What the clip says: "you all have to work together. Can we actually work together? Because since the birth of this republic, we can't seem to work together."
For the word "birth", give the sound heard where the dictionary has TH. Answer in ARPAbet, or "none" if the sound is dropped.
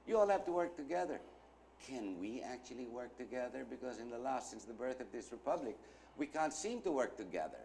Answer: TH